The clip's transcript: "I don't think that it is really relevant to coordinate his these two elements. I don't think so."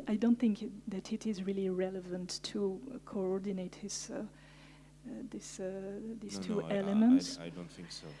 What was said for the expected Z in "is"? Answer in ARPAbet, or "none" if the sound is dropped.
Z